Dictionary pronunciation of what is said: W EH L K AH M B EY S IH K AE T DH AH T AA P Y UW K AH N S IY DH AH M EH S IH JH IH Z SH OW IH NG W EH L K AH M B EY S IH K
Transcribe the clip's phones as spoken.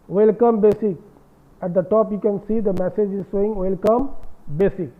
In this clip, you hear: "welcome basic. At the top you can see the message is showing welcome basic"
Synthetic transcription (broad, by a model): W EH L K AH M B EY S IH K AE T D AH T AA P Y UW K AH N S IY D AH M EH S IH JH IH Z S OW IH NG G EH L K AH M B EY S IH K